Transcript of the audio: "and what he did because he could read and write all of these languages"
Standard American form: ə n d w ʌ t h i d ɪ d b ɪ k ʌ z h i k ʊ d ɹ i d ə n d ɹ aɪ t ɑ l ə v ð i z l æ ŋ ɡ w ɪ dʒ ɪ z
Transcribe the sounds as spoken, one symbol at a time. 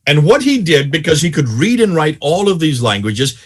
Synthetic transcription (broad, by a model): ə n w ʌ t h i d ɪ d b ɪ k ʌ z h i k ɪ d ɹ i d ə n ɹ aɪ t ɑ l ə v ð i z l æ ŋ ɡ w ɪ dʒ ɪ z